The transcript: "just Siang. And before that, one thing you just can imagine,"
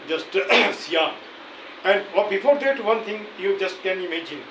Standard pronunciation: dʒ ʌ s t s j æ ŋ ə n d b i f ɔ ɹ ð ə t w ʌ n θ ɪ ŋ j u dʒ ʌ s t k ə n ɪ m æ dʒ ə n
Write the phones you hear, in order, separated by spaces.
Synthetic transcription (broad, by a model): dʒ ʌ s t s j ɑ ə n d b i f ɔ ɹ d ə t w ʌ n t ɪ ŋ j u dʒ ʌ s t k ə n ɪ m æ dʒ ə n